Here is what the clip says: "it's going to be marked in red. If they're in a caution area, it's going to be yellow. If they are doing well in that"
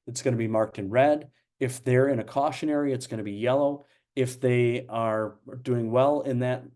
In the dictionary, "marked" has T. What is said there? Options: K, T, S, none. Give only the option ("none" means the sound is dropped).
T